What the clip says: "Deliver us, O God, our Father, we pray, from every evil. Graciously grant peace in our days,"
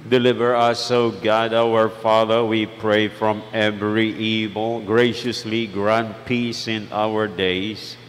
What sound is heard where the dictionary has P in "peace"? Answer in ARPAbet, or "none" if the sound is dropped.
P